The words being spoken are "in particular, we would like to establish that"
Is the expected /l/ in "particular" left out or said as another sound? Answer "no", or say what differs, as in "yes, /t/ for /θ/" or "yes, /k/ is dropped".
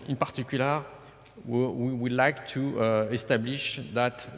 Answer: yes, /w/ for /l/